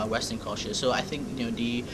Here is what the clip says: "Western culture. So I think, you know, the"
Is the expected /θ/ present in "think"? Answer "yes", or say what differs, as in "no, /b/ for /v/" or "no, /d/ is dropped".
yes